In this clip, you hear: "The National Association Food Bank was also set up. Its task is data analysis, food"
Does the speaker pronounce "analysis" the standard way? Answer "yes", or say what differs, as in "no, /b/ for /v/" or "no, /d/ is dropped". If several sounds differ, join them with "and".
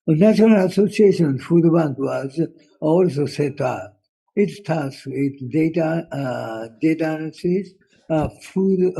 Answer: no, /n/ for /l/